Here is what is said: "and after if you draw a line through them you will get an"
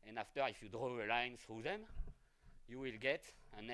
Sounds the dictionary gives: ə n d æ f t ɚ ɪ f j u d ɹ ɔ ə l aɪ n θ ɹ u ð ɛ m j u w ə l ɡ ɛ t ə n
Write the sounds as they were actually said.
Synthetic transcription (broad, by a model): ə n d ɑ f t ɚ ɪ f j u d ɹ ɔ ə l aɪ n θ ɹ u ð ɛ m j u w ə l ɡ ɛ t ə n